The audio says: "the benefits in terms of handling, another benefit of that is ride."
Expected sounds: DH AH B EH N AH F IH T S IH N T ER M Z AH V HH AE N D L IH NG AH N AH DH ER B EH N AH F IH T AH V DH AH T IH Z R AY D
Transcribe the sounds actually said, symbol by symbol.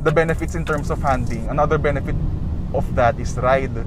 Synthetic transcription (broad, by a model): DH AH B EH N AH F IH T S IH N T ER M S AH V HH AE N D IH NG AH N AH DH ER B EH N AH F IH T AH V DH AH T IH S R AY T